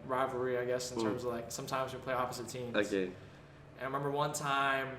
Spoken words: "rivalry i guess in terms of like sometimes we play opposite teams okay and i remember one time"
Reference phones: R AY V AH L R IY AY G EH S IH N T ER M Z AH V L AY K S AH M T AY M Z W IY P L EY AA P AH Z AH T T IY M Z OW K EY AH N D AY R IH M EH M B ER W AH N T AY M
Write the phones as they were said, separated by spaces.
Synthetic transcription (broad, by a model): R AY V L R IY AY G EH S N T ER M Z AH V L AY K S AH M T AY M Z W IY P L EY AA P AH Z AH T T IY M OW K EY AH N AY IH M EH M B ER W AH N T AY M